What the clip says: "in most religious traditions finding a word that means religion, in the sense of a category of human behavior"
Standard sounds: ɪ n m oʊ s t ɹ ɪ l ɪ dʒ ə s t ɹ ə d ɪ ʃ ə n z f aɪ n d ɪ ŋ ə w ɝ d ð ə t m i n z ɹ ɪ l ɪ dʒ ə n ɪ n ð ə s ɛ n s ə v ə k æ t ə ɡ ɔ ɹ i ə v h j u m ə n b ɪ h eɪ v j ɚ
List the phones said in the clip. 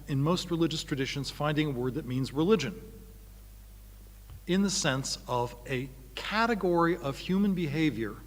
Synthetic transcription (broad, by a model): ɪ n m oʊ s t ɹ ɪ l ɪ dʒ ə s t ɹ ə d ɪ ʃ ə n z f aɪ n d ɪ ŋ ə w ɝ d ð ə t m i n z ɹ ɪ l ɪ dʒ ə n ɪ n ð ə s ɛ n s ə v ə k æ t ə ɡ ɔ ɹ i ə v h j u m ə n b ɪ h eɪ v j ɚ